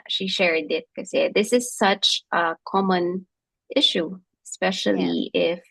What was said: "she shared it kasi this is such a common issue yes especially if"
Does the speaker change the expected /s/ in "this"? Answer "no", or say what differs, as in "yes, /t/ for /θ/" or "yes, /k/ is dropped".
no